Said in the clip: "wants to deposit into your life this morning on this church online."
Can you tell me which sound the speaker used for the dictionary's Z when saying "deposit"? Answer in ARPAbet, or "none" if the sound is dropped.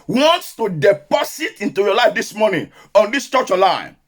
S